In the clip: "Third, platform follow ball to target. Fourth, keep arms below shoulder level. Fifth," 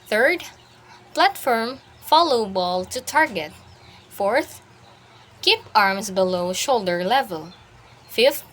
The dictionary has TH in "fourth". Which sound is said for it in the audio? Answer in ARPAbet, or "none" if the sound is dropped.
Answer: TH